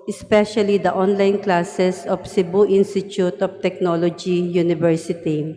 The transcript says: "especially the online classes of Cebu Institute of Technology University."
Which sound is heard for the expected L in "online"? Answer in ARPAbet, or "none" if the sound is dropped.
L